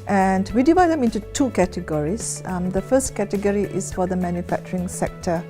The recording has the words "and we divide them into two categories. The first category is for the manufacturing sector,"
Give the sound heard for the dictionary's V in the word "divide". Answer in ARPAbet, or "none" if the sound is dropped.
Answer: V